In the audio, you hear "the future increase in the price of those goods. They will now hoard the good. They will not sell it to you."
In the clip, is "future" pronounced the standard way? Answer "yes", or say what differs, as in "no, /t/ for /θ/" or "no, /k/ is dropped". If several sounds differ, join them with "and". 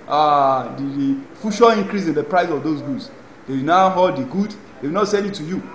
no, /ʃ/ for /tʃ/